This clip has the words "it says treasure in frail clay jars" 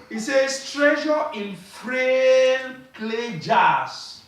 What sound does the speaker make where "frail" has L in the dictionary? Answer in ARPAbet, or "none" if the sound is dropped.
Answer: N